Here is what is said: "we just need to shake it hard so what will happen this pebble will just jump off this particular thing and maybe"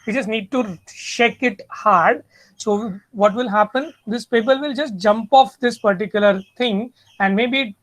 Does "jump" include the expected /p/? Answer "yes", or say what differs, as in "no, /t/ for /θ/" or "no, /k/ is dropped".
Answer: yes